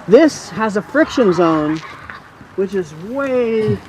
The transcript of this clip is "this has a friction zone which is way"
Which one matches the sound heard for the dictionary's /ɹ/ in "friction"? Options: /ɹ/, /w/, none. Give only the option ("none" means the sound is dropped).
/ɹ/